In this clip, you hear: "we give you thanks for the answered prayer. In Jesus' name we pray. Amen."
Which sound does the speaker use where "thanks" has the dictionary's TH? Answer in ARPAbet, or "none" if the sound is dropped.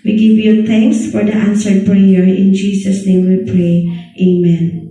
T